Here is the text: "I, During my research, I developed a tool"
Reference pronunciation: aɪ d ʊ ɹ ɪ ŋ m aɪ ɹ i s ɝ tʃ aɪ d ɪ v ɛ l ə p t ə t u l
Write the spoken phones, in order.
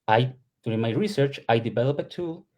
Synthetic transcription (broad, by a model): aɪ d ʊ ɹ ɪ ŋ m aɪ ɹ i s ɝ tʃ aɪ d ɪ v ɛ l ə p ə t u l